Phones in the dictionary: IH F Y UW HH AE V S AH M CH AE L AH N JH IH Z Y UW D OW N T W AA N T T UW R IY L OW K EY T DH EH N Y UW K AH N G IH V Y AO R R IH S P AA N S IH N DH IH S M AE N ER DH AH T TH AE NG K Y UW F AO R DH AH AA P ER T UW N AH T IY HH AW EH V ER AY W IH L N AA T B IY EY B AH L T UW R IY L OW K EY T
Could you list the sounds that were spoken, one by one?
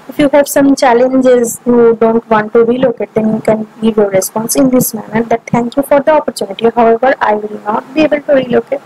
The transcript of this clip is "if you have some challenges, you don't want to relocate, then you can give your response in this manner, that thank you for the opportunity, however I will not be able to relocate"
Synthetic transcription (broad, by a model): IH F Y UW HH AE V S AH M CH AE L AH N JH IH Z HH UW D OW N T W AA N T T UW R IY L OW K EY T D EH N Y UW K AH N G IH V Y AO R R IH S P AA N S IH N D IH S M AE N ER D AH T T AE NG K Y UW F AO R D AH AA P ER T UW N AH T IY HH AW EH V ER AY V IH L N AA T B IY EY B AH L T UW R IY L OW K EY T